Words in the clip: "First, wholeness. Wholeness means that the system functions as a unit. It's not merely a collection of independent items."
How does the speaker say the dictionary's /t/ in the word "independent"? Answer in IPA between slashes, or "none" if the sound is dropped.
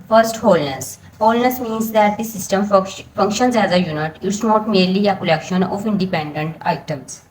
/t/